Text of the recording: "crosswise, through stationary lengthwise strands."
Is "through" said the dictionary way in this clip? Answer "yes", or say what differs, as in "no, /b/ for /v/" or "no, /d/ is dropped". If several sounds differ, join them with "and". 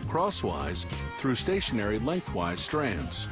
yes